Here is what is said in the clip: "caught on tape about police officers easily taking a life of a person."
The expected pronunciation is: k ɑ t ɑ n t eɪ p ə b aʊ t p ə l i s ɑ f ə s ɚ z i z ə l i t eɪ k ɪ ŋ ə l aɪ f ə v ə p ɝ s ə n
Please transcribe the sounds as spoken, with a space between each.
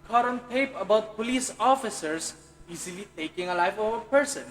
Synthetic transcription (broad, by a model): k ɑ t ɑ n t eɪ p ə b aʊ t p ə l i s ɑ f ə s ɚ s i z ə l i t eɪ k ɪ ŋ ə l aɪ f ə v ə p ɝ s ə n